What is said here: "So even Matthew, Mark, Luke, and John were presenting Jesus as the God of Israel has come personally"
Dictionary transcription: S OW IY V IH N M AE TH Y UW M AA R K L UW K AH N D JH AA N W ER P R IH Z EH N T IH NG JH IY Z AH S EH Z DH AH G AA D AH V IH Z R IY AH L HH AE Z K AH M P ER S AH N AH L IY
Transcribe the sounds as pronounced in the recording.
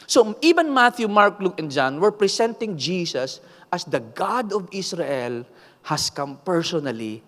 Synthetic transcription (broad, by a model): S OW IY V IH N M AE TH Y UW M AA R K L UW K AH N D JH AA N W ER P R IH S EH N T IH NG JH IY S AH S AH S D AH G AA D AH V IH S R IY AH L HH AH S K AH M P ER S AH N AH L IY